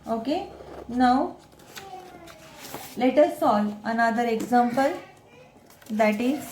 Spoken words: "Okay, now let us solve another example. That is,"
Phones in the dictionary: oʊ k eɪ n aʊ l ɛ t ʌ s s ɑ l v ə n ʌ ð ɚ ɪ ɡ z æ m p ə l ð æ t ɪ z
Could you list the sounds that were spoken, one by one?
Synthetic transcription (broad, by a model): oʊ k eɪ n aʊ l ɛ t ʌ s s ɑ l ə n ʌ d ɚ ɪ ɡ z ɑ m p ə l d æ t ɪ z